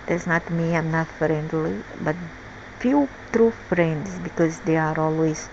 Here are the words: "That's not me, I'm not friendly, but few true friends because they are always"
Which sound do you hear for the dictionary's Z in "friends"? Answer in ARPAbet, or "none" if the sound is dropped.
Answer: S